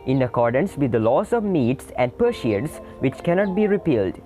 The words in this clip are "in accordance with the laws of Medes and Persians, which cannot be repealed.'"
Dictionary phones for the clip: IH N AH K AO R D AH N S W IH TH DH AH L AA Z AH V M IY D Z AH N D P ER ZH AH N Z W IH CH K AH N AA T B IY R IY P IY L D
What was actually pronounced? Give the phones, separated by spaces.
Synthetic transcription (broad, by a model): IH N AH K AO R D AH N S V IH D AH L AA S AH V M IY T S AH N D P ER SH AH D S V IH CH K AH N AA T B IY R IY P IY L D